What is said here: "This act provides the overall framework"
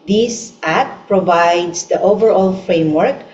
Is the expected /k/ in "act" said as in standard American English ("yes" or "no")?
no